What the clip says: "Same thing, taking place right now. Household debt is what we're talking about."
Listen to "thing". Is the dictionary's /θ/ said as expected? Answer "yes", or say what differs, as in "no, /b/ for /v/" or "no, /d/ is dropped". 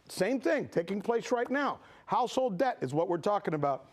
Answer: yes